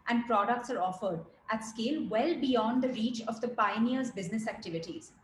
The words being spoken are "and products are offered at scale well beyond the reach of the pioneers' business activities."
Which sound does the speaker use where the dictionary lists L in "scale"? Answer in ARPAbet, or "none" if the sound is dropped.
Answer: L